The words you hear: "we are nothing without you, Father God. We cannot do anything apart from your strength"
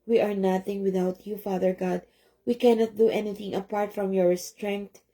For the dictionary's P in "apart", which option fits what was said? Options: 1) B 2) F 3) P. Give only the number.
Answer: 3